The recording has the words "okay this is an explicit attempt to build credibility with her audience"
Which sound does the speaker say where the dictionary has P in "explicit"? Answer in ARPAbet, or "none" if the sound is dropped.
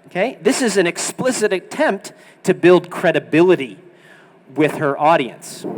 P